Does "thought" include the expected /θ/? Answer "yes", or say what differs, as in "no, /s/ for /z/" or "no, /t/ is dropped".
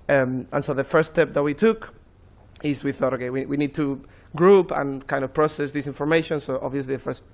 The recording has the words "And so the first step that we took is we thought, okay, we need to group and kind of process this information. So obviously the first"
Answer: yes